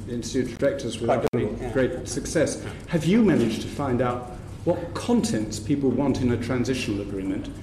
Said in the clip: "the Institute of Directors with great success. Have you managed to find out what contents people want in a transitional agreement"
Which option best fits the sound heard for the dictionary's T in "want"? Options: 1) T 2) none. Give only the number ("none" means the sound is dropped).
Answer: 1